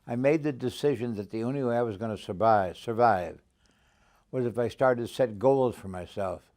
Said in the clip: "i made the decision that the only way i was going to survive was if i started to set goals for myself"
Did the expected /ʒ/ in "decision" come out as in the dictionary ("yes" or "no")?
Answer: yes